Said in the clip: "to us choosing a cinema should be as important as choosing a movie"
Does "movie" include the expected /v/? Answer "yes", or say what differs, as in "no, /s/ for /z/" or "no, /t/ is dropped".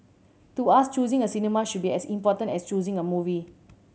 yes